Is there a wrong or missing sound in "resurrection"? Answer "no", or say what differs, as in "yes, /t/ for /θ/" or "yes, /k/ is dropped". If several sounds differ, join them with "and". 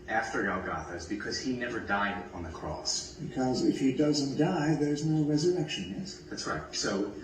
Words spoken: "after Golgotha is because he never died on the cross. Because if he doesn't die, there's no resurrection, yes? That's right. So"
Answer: no